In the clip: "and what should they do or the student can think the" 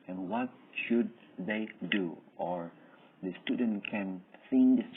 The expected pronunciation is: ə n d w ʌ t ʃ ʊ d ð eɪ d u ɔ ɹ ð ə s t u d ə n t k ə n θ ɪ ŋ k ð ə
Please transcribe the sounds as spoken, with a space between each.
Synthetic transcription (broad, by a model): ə n w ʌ t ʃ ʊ d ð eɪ d u ɔ ɹ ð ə s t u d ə n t k ə n s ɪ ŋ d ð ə